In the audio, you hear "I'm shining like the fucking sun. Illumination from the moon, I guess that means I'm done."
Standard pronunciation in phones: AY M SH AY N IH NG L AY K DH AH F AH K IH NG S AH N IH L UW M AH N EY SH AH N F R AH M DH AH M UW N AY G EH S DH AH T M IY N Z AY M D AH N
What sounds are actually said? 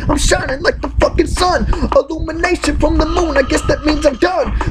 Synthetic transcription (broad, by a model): AY M SH AY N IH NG L AY K DH AH F AH K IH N S AH N IH L UW M AH N EY SH AH N F R AH M DH AH M UW N AY G EH S DH AH T M IY N Z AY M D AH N